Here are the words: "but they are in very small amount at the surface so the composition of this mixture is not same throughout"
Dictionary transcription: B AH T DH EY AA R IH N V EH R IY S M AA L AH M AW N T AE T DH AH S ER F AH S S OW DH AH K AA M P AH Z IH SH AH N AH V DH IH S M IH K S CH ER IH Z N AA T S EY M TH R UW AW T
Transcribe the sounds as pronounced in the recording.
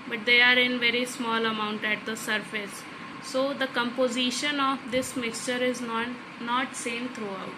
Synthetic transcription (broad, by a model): B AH T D EY AA R IH N V EH R IY S M AA L AH M AW N T AE T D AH S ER F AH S S OW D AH K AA M P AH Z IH SH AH N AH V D IH S M IH K S CH ER IH Z N AA T S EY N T R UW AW T